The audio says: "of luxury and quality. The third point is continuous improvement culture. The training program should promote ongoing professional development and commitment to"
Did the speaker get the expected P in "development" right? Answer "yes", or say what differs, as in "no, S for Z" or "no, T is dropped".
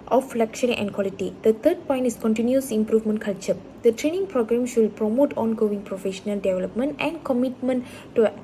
yes